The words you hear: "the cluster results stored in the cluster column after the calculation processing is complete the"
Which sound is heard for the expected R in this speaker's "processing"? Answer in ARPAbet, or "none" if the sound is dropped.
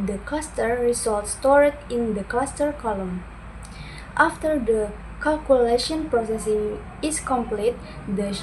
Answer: R